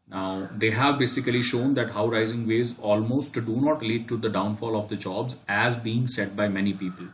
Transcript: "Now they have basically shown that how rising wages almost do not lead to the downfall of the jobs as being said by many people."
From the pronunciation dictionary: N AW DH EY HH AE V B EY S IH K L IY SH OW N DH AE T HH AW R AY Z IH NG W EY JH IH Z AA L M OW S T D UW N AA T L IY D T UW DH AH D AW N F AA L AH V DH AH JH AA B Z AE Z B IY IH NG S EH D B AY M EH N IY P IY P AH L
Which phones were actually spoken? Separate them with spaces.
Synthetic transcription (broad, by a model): N AW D EY HH AE V B EY S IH K L IY SH OW N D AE T HH AW R AY Z IH NG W EY Z AA L M OW S T D UW N AA T L IY D T UW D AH D AW N F AA L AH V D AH JH AA B Z AE Z B IY IH NG S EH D B AY M EH N IY P IY P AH L